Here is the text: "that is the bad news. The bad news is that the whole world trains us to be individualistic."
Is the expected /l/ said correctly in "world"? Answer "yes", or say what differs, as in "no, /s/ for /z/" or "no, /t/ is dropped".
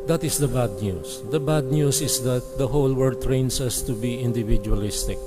no, /l/ is dropped